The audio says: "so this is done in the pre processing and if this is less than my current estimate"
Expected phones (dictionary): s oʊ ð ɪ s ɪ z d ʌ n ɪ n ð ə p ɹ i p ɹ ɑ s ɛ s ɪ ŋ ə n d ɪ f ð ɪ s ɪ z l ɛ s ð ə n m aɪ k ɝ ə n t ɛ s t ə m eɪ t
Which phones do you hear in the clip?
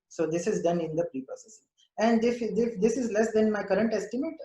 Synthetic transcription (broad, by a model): s oʊ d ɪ s ɪ z d ʌ n ɪ n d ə p ɹ i p ʌ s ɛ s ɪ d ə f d ɪ f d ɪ s ɪ z l ɛ s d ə n m aɪ k ɝ ə n t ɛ s t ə m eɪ t